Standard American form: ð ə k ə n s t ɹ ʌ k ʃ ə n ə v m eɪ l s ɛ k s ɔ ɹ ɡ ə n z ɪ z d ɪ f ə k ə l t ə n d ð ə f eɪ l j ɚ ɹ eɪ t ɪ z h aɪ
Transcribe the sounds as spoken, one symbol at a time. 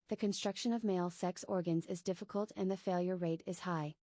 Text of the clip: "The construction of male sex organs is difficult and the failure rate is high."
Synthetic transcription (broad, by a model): ð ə k ə n s t ɹ ʌ k ʃ ə n ə v m eɪ l s ɛ k s ɔ ɹ ɡ ə n z ɪ z d ɪ f ə k ə l t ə n ð ə f eɪ l j ɚ ɹ eɪ t ɪ z h aɪ